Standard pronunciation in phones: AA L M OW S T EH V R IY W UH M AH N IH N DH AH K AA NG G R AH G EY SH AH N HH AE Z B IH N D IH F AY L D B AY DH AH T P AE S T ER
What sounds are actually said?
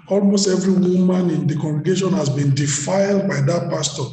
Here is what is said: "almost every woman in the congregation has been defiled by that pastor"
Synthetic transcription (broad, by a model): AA L M OW S T EH V R IY W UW M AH N IH N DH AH K AA NG G R AH G EY SH AH N HH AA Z B IH N D IH F AY L D B AY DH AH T P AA S T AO